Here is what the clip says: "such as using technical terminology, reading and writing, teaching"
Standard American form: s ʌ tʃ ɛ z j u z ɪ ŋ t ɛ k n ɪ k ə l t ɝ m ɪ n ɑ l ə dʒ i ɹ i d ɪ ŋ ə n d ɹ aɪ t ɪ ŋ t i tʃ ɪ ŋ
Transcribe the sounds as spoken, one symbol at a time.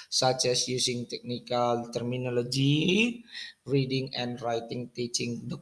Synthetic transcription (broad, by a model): s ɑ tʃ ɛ s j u s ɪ ŋ t ɛ k n ɪ k ə l t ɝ m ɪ n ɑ l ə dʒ i ɹ i d ɪ ŋ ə n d ɹ aɪ t ɪ ŋ t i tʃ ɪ ŋ